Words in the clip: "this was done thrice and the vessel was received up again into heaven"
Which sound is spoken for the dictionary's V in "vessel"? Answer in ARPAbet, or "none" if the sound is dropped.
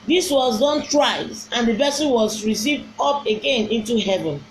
B